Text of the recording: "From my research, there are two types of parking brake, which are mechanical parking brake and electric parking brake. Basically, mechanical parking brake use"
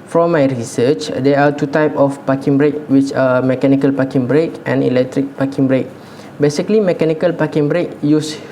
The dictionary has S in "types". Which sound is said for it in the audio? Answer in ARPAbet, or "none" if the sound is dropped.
none